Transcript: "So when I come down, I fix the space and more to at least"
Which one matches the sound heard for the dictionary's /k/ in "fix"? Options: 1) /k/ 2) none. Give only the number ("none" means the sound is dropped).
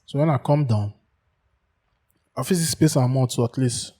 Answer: 2